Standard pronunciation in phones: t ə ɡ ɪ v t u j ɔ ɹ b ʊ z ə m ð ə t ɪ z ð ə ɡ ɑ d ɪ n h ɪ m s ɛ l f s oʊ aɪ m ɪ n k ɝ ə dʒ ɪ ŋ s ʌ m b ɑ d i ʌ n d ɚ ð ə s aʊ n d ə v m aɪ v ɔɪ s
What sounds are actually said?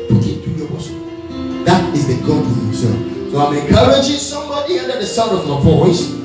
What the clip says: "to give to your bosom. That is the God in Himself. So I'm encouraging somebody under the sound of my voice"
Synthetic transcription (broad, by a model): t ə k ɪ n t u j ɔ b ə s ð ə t ɪ z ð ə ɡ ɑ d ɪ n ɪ s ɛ s oʊ aɪ m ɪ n k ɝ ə dʒ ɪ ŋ s ʌ m b ɑ d i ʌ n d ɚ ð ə s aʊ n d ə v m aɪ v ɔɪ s